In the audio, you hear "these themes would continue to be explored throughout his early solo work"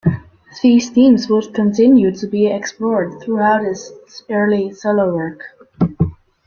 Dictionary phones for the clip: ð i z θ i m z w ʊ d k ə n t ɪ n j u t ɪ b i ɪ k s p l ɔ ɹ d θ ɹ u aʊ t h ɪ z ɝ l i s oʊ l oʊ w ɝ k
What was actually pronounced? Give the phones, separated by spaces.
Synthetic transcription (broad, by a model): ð i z t i m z w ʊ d k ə n t ɪ n j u t ɪ b i ɪ k s p l ɔ ɹ d θ ɹ u aʊ t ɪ s ɝ l i s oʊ l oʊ w ɝ k